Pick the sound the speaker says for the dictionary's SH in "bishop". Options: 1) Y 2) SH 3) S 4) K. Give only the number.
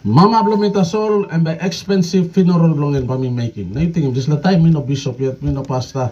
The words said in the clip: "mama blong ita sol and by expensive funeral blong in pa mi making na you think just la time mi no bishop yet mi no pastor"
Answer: 3